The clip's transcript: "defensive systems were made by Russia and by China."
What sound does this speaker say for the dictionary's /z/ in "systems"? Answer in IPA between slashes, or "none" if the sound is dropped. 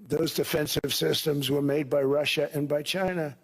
/z/